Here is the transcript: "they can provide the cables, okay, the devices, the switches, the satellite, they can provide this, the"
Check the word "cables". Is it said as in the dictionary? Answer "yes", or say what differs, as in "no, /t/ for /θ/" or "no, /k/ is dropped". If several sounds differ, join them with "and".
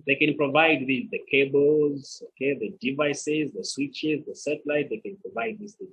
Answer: yes